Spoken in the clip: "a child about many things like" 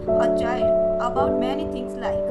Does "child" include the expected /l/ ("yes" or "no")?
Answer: no